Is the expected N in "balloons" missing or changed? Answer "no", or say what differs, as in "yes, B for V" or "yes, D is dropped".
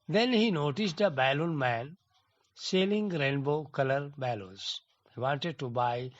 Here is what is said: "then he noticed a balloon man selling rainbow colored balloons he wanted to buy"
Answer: yes, N is dropped